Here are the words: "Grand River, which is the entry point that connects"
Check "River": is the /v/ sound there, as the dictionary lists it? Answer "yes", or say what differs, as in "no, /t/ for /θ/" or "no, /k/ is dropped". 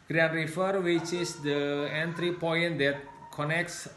no, /f/ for /v/